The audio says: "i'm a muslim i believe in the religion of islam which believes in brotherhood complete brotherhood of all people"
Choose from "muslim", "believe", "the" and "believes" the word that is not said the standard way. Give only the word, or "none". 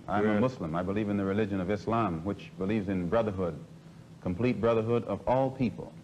muslim